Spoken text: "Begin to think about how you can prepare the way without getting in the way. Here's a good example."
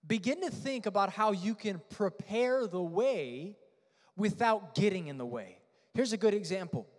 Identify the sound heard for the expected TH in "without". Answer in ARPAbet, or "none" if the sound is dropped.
TH